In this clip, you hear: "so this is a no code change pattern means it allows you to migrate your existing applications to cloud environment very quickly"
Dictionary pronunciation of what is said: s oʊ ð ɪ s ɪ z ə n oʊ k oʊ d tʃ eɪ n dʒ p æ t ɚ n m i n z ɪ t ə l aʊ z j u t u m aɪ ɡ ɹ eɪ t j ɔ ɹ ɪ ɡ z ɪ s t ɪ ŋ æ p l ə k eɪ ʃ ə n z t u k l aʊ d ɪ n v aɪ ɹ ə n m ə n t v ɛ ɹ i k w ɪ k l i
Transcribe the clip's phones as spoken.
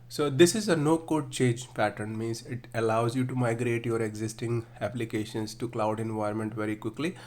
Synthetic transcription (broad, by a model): s oʊ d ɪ s ɪ z ə n oʊ k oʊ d tʃ eɪ n dʒ p æ t ɚ n m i n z ɪ t ə l aʊ z j u t u m aɪ ɡ ɹ eɪ t j ɔ ɹ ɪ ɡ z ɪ s t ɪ ŋ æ p l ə k eɪ ʃ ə n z t u k l aʊ d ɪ n v aɪ ə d m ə n t v ɛ ɹ i k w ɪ k l i